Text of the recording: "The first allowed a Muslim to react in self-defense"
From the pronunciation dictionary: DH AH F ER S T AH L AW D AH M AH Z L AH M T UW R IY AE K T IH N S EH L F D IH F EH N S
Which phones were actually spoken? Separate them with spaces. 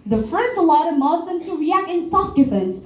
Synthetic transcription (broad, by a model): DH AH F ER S AH L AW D AH M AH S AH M T UW R IY AE K T IH N S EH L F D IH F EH N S